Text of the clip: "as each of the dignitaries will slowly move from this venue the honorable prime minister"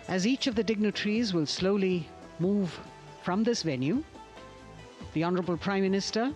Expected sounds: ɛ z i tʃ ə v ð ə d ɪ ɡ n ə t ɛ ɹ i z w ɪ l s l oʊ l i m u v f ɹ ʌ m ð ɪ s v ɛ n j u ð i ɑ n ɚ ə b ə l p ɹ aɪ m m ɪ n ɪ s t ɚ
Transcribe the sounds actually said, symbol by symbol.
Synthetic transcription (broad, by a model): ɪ z i tʃ ə v ð ə d ɪ ɡ n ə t ɹ i z w ɪ l s l oʊ l i m u v f ɹ ʌ m ð ɪ s v ɛ n j u ð i ɑ n ɚ ə b ə l p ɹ aɪ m m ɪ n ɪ s t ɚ